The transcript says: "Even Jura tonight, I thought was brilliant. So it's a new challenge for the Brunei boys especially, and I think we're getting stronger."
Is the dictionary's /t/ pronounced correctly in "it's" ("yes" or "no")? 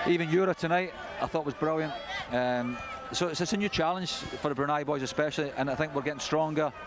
no